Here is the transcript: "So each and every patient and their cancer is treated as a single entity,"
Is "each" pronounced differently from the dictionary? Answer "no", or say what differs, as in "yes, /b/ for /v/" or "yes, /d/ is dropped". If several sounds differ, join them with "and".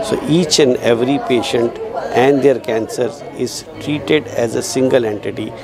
no